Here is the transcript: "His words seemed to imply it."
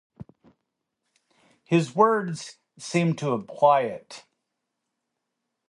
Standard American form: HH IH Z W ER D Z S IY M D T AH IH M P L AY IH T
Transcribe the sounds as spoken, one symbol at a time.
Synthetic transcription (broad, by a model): HH IH Z W ER D Z S IY M T AH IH P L AY IH T